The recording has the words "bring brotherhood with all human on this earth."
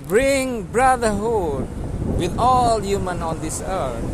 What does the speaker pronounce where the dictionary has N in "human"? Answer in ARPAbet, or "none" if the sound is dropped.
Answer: N